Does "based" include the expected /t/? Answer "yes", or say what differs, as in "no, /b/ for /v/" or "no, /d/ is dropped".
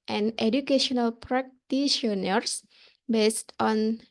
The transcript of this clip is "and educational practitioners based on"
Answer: yes